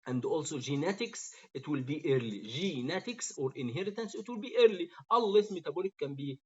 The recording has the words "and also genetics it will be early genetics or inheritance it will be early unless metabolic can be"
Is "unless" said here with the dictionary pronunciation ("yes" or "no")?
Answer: no